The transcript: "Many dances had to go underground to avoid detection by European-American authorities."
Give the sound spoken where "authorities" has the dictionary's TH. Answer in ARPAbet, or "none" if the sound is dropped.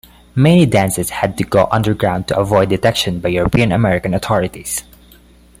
T